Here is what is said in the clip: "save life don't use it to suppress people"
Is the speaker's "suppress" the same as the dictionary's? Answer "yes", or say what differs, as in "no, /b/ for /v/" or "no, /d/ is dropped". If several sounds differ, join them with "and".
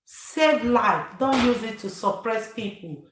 yes